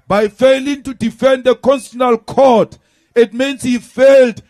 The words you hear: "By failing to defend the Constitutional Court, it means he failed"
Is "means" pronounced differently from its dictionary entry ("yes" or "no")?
yes